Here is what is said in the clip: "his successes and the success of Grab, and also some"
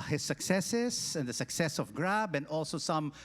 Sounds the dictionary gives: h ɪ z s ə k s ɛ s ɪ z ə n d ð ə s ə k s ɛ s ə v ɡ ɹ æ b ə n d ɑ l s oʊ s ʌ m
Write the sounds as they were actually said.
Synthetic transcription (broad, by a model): h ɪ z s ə k s ɛ s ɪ s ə n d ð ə s ə k s ɛ s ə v ɡ ɹ æ b ə n d ɑ l s oʊ s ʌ m